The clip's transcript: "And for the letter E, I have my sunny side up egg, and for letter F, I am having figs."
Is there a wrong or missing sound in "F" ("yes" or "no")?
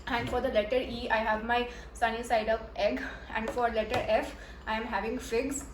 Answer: no